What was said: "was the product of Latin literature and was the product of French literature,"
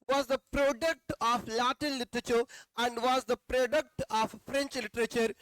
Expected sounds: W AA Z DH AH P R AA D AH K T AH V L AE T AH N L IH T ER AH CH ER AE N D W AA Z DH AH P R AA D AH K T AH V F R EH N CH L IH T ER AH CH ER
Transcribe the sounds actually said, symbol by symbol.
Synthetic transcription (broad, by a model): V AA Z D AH P R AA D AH K T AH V L AE T AH N L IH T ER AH CH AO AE N D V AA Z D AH P R AA D AH K T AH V F R EH N CH L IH T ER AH CH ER